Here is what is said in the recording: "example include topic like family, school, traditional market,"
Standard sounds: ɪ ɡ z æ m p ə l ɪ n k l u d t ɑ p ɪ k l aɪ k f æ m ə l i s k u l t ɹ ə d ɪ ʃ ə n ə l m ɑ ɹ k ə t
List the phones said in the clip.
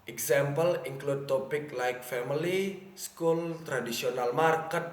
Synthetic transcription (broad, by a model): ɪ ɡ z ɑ m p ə l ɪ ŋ k l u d t ɑ p ɪ k l aɪ k f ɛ m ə l i s k u l t ɹ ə d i s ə n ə l m ɑ ɹ k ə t